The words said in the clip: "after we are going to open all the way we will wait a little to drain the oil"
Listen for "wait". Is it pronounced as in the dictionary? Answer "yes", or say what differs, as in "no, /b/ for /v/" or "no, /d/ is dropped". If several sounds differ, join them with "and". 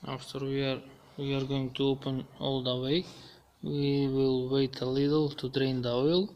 yes